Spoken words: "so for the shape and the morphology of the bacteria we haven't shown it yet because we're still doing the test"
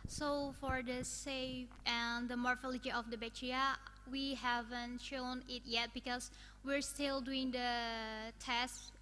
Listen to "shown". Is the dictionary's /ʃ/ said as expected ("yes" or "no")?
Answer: yes